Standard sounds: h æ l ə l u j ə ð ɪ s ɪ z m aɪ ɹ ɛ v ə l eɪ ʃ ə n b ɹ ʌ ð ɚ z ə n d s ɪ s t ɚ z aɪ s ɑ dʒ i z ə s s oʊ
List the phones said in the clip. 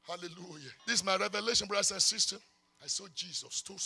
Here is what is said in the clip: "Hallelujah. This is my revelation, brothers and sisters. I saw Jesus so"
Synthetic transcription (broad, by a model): h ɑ l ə l u j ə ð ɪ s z m aɪ ɹ ɛ v ə l eɪ ʃ ə n b ɹ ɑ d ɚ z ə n s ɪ s t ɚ aɪ s ɑ dʒ i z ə s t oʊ